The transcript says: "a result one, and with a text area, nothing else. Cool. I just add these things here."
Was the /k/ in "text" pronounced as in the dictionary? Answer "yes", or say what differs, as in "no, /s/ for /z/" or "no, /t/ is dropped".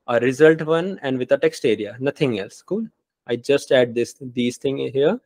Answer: yes